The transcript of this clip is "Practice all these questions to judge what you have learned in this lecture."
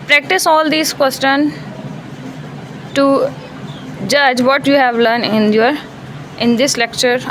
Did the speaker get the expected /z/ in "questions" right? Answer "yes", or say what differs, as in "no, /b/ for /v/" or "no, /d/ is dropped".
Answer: no, /z/ is dropped